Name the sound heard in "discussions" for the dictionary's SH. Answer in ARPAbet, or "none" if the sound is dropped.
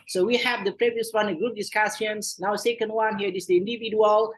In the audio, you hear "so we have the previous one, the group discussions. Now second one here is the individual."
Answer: S